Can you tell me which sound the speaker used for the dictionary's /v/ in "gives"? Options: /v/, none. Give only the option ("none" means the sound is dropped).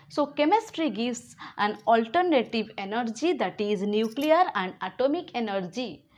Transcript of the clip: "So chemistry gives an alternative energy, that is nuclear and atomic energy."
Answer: none